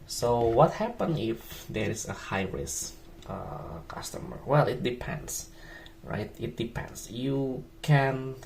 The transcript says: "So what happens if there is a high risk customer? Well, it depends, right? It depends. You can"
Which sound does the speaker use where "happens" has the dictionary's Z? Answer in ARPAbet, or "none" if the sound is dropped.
none